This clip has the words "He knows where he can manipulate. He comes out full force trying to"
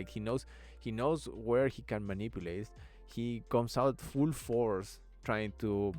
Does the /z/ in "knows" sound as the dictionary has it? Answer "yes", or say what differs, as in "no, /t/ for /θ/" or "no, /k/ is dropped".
no, /s/ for /z/